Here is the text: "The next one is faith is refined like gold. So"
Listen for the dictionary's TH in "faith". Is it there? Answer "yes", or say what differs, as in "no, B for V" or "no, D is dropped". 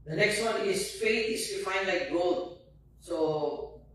no, T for TH